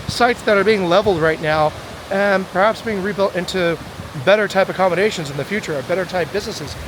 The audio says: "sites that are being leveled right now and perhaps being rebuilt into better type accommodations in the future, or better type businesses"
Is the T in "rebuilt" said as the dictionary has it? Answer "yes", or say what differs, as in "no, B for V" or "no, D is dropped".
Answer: yes